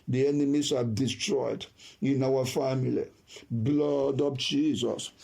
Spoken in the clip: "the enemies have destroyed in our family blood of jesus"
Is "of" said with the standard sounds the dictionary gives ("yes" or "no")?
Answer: no